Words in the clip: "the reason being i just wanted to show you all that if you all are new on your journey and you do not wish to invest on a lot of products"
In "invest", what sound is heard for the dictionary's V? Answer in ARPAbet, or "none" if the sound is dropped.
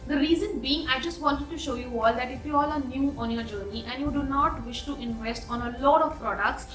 V